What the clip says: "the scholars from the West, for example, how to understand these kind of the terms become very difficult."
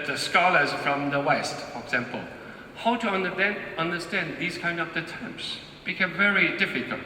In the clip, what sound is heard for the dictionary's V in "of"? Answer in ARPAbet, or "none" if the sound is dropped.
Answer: P